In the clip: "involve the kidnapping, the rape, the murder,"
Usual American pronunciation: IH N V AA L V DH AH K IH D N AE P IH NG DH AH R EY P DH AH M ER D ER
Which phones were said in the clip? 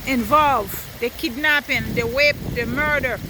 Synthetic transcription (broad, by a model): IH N V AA L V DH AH K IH D N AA P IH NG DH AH W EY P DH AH M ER D ER